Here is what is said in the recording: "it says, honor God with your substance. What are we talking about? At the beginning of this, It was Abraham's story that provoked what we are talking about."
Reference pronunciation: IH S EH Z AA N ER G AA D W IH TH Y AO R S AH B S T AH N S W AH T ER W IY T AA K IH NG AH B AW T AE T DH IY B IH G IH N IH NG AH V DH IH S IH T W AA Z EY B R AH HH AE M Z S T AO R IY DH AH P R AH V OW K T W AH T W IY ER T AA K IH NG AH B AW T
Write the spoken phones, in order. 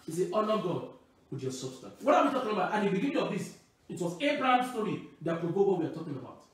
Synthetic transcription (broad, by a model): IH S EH AA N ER G AA D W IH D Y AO S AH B S T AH N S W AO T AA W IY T AA K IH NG AH B AW T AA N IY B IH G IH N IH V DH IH S IH T W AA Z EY B R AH HH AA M S T AO R IY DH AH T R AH B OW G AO W IY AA T AA K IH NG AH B AW T